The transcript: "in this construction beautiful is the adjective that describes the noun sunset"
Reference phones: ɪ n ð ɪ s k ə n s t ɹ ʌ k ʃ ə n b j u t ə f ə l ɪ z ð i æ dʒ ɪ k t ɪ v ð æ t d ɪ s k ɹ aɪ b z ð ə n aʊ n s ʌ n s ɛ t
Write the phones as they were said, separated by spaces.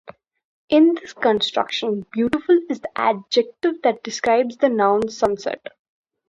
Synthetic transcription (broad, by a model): ɪ n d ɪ s k ə n s t ɹ ʌ k ʃ ə n b j u t ə f ə l ɪ z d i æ dʒ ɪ k t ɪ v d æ t d ɪ s k ɹ aɪ b z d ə n aʊ n s ʌ n s ɛ t